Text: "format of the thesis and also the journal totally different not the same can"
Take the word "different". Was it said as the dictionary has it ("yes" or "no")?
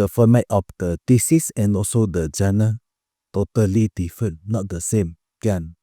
no